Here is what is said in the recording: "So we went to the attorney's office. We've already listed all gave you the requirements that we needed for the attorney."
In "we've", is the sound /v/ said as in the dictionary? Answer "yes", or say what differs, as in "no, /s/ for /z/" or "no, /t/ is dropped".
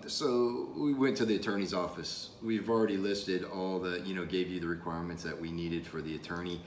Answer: yes